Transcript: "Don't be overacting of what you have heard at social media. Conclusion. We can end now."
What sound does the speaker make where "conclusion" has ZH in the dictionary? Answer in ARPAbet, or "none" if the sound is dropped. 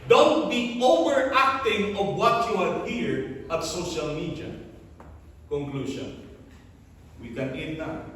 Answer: SH